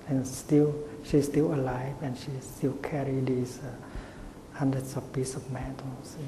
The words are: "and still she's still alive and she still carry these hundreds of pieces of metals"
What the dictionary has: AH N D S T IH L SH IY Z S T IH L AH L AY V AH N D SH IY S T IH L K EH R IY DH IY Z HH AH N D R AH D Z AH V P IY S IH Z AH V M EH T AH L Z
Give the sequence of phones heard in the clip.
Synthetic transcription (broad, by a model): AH N S T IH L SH IY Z S T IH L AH L AY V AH N SH IY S T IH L K EH R IY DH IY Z HH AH N D R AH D S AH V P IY S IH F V M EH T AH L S